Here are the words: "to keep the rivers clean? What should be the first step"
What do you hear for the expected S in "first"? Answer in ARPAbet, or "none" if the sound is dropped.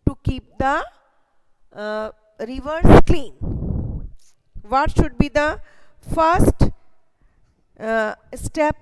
S